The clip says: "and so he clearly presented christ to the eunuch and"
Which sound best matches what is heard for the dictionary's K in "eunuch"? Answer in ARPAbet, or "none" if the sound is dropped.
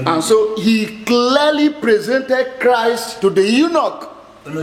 K